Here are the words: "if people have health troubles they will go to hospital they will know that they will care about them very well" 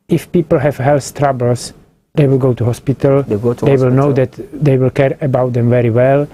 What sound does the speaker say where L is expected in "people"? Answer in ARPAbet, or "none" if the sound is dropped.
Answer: L